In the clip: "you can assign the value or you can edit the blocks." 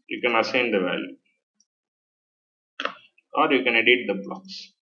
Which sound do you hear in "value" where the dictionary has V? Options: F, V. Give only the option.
V